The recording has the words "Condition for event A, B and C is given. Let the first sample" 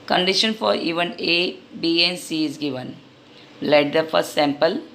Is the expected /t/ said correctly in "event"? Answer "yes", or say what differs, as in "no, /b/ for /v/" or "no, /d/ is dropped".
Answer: no, /t/ is dropped